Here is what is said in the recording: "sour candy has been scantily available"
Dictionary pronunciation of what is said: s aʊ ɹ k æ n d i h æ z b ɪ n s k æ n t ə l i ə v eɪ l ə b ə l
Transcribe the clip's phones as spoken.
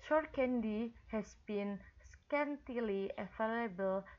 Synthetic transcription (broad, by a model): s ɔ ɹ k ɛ n d i h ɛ s b ɪ n s k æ n t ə l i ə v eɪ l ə b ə l